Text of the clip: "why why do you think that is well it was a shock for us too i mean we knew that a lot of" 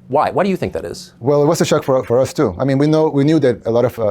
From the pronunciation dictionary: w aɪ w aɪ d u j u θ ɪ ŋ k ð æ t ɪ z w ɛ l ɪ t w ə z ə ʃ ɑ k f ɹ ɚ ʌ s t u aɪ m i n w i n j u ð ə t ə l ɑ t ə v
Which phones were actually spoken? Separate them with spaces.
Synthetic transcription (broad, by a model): w aɪ w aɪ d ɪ j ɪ θ ɪ ŋ k ð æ t ɪ z w ɛ l ɪ t w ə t ə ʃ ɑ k f ɹ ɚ ʌ s t u aɪ m i n w i n j u ð ə t ə l ɑ t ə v